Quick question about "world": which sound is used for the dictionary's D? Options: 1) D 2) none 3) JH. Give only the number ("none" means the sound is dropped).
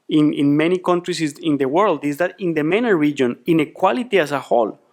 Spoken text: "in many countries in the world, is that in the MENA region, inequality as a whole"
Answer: 1